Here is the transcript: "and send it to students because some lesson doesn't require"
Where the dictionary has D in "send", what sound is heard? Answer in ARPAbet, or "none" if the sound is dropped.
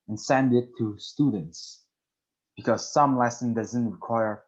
D